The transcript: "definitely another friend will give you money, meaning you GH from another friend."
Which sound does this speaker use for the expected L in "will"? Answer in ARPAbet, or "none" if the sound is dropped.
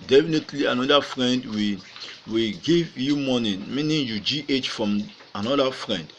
W